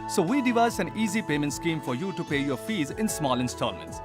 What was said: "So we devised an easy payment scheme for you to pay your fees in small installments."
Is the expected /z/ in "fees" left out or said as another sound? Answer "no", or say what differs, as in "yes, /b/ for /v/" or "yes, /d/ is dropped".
no